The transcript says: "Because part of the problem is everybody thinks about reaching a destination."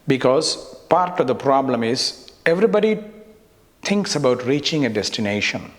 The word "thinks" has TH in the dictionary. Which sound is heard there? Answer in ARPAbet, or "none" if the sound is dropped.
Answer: T